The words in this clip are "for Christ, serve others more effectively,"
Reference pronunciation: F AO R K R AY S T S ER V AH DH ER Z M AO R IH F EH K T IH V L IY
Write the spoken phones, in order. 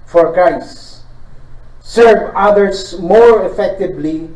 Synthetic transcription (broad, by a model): F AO R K R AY S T S ER V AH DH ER S M AO R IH F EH K T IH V L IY